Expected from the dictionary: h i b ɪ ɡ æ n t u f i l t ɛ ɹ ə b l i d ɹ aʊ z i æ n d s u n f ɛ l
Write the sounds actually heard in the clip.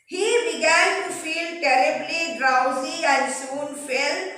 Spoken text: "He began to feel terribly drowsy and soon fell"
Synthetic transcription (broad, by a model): h i b ɪ ɡ æ n t u f i l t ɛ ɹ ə b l i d ɹ aʊ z i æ n d s u n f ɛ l